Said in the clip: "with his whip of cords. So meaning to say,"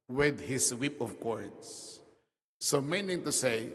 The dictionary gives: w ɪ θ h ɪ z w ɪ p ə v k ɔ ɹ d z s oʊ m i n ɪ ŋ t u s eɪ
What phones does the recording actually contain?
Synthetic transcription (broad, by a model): w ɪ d h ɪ s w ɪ p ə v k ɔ ɹ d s s oʊ m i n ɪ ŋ t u s eɪ